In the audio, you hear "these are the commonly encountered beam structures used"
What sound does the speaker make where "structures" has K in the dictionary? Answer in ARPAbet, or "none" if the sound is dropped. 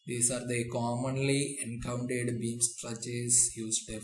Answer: none